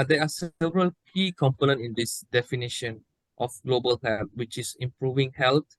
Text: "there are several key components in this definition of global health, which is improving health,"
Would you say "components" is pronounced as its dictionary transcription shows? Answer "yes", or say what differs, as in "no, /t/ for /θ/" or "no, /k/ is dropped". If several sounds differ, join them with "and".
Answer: no, /s/ is dropped